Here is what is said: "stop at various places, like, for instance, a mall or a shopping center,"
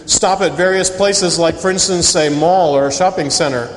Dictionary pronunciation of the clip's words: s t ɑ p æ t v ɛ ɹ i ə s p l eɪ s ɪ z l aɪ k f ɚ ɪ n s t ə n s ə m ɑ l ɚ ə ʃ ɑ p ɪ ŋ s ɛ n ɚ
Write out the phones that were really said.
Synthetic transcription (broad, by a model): s t ɑ p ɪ t v ɛ ɹ i ə s p l eɪ s ɪ z l aɪ k f ɚ ɪ n s t ə n s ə m ɑ l ɚ ə ʃ ɑ p ɪ ŋ s ɛ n ɚ